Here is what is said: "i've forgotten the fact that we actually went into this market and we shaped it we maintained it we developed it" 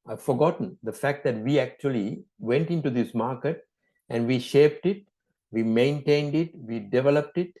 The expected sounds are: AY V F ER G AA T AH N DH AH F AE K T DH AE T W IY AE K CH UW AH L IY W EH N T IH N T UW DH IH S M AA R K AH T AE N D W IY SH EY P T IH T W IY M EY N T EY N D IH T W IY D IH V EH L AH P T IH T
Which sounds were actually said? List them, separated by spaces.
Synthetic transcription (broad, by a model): AY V F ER G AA T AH N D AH F AE K T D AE T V IY AE K CH UW AH L IY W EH N T IH N T UW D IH S M AA R K AH T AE N D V IY SH EY P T IH T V IY M EY N T EY N D IH T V IY D IH V EH L AH P T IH T